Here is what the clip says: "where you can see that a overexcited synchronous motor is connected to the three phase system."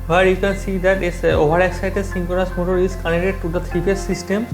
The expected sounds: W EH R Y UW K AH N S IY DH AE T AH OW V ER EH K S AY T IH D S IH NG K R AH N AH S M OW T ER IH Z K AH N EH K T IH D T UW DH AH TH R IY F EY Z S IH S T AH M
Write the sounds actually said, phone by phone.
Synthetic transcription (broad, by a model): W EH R Y UW K AH N S IY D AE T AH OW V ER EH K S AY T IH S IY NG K AH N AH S M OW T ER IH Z K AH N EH T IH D T UW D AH T R IY P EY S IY S T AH M